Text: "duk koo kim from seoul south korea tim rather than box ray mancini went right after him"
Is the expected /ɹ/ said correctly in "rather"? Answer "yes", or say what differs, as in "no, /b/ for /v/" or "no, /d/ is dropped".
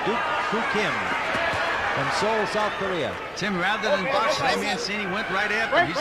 yes